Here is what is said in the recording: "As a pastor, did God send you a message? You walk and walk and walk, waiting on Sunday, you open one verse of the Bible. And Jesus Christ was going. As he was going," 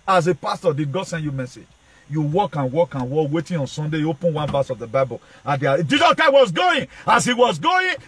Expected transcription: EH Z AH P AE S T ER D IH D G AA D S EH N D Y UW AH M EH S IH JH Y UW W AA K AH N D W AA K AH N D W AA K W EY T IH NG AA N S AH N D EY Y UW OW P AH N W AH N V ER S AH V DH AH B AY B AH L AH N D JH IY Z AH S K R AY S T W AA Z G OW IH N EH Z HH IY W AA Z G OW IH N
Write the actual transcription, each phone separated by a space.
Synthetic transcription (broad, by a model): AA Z AH P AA S T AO D IH D G AA D S EH N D Y UW M EH S IH JH Y UW W AA K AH N W AA K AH N W AA K W EY T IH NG AA N S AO N D EY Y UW OW P AH N W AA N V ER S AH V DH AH B AY B AH L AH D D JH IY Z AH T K AY W AA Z G OW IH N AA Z HH IY W AA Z G OW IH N